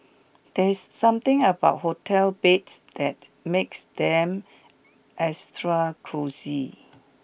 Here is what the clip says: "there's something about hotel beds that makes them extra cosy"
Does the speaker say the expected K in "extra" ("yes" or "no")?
no